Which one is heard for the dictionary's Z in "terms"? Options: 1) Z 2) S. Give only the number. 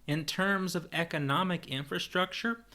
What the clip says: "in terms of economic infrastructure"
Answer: 1